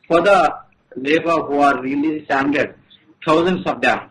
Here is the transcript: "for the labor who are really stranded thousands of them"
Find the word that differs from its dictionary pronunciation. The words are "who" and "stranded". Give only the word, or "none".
stranded